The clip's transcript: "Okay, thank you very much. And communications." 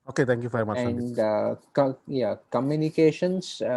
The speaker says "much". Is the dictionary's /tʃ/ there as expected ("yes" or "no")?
no